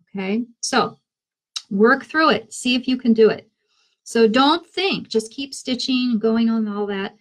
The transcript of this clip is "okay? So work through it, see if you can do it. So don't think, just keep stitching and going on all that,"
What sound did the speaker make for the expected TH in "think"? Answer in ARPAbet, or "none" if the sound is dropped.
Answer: TH